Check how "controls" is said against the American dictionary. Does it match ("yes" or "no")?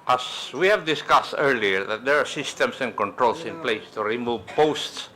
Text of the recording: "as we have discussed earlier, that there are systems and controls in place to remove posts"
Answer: no